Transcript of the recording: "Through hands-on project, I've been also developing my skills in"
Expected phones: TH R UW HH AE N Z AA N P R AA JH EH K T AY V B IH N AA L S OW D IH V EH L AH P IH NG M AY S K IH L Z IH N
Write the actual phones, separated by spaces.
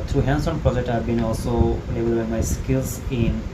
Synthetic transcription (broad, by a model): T R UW HH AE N S AA N P R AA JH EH K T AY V B IH N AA L S OW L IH B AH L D B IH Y M AY S K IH L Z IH N